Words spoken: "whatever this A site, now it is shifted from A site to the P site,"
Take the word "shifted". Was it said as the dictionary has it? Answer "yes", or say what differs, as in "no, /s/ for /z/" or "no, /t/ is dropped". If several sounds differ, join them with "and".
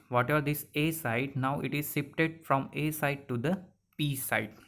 no, /s/ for /ʃ/ and /p/ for /f/